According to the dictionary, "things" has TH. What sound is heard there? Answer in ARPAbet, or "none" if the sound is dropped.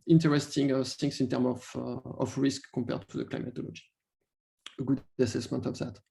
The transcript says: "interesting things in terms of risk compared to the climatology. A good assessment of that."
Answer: S